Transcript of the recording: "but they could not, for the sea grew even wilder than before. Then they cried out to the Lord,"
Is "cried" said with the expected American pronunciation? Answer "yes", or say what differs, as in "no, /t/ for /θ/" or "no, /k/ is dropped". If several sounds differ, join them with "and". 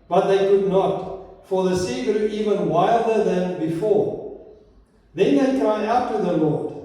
no, /d/ is dropped